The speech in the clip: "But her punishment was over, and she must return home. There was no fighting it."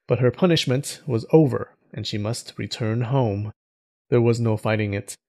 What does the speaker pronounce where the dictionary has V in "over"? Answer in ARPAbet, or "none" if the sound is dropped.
V